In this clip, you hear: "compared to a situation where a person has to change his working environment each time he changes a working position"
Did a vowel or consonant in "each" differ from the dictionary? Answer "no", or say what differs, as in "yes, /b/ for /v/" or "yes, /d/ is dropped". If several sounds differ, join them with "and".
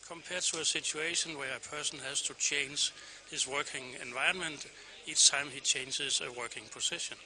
yes, /s/ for /tʃ/